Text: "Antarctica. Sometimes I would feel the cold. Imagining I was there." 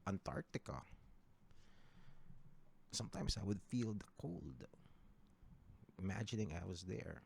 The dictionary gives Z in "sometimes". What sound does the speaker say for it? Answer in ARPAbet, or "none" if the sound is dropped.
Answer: S